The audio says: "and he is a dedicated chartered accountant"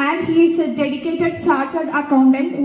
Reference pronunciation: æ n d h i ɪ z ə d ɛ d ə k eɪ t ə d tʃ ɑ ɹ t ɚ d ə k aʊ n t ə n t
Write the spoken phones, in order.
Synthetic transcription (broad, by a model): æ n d h i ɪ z ə d ɛ d ə k eɪ t ə d s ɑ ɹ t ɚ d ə k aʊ n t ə n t